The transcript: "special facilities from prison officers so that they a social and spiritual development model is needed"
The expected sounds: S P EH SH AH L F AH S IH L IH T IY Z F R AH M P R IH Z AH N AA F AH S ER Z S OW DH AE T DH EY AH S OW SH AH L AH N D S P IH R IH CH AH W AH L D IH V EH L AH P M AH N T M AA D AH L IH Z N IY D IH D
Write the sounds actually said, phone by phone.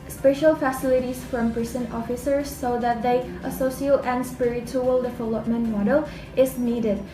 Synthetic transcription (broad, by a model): S P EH SH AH L F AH S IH L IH T IY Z F R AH M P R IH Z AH N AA F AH S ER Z S OW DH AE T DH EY AH S OW S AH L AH N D S P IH R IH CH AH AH L D IH V EH L AH P M AH N T M AA D AH L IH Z N IY D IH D